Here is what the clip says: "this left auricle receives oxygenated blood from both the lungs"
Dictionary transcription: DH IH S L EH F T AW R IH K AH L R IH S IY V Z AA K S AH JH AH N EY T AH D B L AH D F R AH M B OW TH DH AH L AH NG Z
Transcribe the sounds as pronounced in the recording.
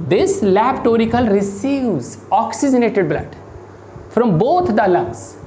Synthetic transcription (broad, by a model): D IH S L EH P T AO R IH K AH L R IH S IY V Z AA K S AH JH AH N EY T AH D B L AH D F R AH M B OW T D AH L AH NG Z